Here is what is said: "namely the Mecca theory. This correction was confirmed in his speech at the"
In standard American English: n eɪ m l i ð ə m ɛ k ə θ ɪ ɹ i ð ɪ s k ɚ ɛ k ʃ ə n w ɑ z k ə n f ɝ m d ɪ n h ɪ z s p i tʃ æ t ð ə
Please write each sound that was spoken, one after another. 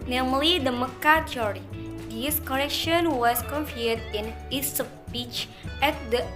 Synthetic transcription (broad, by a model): n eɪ m l i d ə m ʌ k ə t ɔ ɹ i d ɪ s k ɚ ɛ k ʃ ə n w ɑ s k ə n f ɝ d ɪ n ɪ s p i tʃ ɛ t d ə